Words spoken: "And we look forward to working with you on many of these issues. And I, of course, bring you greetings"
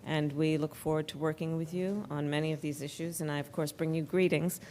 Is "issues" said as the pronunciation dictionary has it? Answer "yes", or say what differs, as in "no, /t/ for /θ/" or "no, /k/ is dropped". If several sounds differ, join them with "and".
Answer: yes